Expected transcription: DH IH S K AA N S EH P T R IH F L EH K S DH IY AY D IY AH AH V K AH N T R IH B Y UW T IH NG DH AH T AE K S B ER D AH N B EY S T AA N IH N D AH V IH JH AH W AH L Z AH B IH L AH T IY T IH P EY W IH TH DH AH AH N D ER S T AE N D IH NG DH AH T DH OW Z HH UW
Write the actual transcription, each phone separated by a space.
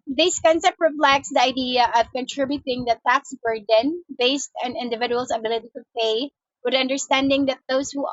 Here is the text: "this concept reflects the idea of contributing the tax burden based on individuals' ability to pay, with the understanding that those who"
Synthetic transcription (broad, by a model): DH IH S K AA N S EH P T R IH P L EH K S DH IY AY D IY AH AH V K AH N T R IH B Y UW T IH NG DH AH T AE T S B ER D AH N B EY S T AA N IH N D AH V IH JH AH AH L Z AH B IH L AH T IY T IH P EY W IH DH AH AH N D ER S T AE N D IH NG DH AH T DH OW Z HH UW